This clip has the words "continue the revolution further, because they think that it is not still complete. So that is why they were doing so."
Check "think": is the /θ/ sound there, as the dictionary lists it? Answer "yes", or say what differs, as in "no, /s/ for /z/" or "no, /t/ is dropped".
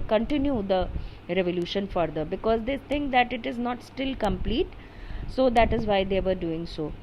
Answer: no, /t/ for /θ/